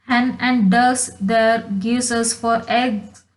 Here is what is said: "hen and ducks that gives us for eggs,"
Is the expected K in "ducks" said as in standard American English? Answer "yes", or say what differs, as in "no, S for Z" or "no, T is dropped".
no, K is dropped